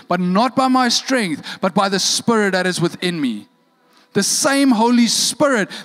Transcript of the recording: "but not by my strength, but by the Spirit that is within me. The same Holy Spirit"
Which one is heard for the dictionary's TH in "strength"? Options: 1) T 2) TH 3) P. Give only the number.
2